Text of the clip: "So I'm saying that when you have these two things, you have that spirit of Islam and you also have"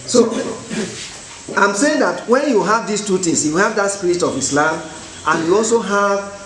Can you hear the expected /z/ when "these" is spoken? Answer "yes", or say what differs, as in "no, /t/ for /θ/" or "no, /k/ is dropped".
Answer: no, /s/ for /z/